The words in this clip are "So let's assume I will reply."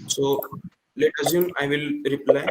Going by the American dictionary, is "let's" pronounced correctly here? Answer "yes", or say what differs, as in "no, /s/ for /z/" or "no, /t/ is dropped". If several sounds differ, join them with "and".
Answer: no, /s/ is dropped